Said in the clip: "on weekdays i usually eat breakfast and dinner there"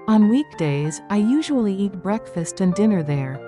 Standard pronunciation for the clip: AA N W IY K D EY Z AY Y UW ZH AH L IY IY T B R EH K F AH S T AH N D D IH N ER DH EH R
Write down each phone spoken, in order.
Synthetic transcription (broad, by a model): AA N W IY K D EY Z AY Y UW ZH AH L IY IY T B R EH K F AH S T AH N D D IH N ER DH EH R